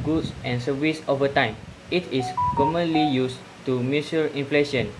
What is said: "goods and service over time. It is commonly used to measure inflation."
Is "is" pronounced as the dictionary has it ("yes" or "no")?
no